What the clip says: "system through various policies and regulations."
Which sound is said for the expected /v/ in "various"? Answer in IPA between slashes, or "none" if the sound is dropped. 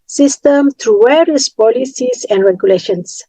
/w/